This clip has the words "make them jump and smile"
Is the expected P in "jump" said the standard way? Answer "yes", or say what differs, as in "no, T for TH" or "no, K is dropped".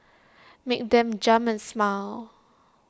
no, P is dropped